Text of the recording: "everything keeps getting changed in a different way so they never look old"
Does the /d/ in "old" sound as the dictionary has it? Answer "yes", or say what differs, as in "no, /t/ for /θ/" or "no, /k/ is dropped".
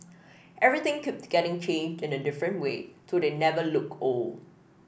no, /d/ is dropped